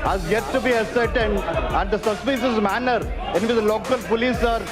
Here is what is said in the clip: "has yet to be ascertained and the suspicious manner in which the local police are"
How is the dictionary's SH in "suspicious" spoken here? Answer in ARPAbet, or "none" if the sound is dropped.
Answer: S